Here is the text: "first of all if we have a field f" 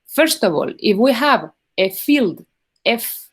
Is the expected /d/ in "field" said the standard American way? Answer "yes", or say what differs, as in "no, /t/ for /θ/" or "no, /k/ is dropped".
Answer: yes